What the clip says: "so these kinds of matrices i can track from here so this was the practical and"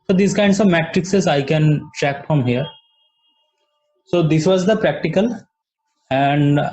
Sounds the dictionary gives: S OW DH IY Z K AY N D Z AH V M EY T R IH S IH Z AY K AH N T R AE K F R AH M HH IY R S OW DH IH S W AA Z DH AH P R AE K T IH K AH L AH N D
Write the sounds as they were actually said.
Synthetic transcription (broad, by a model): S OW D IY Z K AY N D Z AH V M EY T R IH S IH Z AY K AH N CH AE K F R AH M HH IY R S OW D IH S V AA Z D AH P R AE K T IH K AH L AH N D